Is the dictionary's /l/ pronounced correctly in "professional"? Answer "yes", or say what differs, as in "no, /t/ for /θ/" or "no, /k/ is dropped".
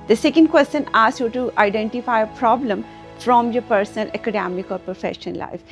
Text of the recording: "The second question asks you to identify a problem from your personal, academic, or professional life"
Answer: no, /n/ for /l/